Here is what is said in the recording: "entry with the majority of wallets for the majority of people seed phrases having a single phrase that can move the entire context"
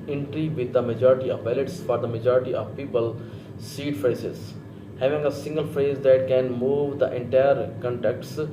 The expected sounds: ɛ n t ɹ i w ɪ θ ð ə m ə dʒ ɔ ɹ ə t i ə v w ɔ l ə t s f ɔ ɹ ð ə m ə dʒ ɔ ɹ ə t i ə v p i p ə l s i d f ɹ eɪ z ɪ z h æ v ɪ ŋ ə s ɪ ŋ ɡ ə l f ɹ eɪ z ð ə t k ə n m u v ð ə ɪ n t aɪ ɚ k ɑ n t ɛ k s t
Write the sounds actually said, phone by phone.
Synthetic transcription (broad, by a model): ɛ n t ɹ i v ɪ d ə m ə dʒ ɔ ɹ ə t i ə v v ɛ l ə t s f ɔ ɹ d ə m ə dʒ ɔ ɹ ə t i ə v p i p ə l s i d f ɹ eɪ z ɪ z h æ v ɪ ŋ ə s ɪ ŋ ɡ ə l f ɹ eɪ z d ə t k ə n m u v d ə ɪ n t aɪ ɚ k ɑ n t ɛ k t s